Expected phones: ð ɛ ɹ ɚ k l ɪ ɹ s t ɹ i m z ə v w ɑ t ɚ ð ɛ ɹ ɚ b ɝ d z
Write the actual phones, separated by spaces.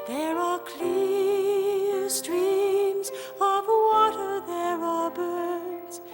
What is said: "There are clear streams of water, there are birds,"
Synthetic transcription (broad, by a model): ð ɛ ɹ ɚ k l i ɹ s t ɹ i m z ə v w ɑ t ɚ ð ɛ ɹ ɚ b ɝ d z